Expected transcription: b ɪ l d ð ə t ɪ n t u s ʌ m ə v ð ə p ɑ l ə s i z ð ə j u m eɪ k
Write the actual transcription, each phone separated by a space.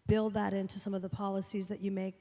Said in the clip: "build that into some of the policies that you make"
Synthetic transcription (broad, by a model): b ɪ l d ð ə t ɪ n t u s ʌ m ə v ð ə p ɑ l ə s i z ð ə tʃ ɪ m eɪ k